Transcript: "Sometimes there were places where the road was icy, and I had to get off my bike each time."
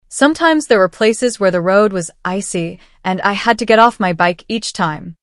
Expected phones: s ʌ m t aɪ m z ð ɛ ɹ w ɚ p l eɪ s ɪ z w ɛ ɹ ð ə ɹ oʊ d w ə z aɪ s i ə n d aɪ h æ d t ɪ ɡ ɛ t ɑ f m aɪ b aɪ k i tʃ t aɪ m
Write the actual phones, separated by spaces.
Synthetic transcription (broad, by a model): s ʌ m t aɪ m z ð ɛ ɹ w ɚ p l eɪ s ɪ z w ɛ ɹ ð ə ɹ oʊ d w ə z aɪ s i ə n aɪ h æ d t ɪ ɡ ɛ t ɑ f m aɪ b aɪ k i tʃ t aɪ m